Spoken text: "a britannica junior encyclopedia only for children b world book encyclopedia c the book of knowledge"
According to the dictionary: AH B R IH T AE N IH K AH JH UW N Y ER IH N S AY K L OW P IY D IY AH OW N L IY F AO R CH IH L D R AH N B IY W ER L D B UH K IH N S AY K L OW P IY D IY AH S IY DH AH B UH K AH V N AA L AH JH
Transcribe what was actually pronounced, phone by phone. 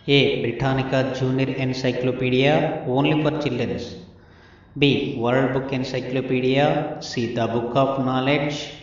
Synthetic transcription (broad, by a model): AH B R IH T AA N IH K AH JH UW N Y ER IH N S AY K L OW P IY D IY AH OW N L IY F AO R CH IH L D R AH N B IY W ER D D B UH K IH N S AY K L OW P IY D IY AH S IY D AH B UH K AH P N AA L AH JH